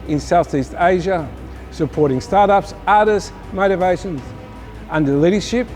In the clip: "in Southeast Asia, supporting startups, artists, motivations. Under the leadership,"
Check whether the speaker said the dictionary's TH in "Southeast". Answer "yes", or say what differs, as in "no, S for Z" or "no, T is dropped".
yes